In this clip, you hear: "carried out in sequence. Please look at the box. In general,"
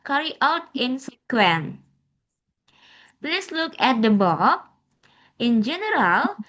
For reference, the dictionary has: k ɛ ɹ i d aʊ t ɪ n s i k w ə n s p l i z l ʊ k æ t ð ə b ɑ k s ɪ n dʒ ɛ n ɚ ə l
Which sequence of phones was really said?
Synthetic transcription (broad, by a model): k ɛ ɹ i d aʊ t ɪ n s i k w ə n p l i s l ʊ k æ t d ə b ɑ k ɪ n dʒ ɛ n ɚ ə l